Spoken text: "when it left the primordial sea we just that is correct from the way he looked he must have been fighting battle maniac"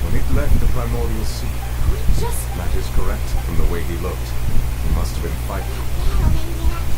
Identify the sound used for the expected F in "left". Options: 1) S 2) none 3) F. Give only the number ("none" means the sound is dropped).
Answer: 2